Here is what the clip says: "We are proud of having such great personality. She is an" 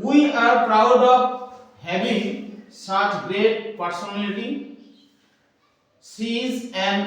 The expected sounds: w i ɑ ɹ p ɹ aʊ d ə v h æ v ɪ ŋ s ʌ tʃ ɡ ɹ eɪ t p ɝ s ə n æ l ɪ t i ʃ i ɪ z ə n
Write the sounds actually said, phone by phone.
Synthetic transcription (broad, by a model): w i ɑ ɹ p ɹ aʊ d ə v h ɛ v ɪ s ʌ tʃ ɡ ɹ eɪ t p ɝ s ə n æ l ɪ t i s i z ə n